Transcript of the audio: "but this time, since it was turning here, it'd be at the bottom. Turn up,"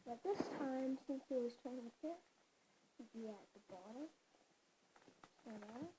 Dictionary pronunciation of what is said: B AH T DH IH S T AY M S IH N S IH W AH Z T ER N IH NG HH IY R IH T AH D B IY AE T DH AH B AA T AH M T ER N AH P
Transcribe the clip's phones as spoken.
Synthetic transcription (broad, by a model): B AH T DH IH S T AY M S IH N S IH W AH Z T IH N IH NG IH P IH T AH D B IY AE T DH AH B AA T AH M S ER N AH